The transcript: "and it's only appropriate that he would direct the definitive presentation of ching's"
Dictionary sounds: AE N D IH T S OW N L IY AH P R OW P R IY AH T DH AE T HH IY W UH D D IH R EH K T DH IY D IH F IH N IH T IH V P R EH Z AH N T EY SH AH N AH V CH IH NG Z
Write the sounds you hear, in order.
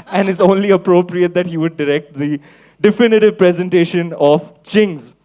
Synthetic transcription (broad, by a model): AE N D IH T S OW N L IY AH P R OW P R IY AH T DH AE T HH IY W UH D D IH R EH K T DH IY D IH F IH N IH T IH V P R EH Z AH N T EY SH AH N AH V CH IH NG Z